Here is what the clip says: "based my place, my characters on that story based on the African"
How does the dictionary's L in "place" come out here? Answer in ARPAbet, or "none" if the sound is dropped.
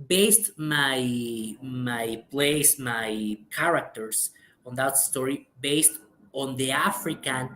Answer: L